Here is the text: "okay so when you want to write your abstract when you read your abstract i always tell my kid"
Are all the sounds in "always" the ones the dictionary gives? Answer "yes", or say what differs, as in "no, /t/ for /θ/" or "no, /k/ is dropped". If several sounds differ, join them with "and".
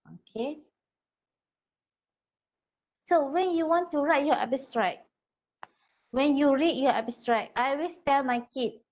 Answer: no, /s/ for /z/